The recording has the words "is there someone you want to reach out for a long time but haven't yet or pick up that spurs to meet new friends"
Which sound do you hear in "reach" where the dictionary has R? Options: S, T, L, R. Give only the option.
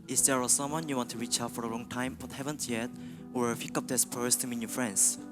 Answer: R